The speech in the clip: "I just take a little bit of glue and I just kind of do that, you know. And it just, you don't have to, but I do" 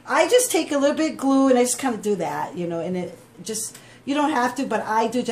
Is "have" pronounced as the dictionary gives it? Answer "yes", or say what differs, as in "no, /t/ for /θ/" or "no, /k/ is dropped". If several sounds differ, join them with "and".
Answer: no, /f/ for /v/